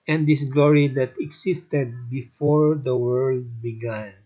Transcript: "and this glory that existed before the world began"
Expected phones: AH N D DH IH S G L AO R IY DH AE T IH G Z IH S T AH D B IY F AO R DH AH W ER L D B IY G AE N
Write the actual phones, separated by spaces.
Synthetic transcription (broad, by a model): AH N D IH S G L AO R IY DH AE T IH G S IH S T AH D B IY F AO R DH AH W ER L D B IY G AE N